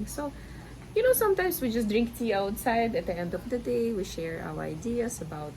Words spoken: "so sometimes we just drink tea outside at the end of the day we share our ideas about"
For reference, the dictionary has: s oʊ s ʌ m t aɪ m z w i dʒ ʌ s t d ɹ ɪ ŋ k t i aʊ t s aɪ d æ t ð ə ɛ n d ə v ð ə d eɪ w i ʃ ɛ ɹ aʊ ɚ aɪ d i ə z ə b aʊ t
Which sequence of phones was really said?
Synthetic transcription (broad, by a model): s oʊ s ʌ m t aɪ m s w i dʒ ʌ s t d ɹ ɪ ŋ k t i aʊ t s aɪ d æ t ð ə ɛ n d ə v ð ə d eɪ w i ʃ ɛ ɹ aʊ ɚ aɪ d i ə s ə b aʊ t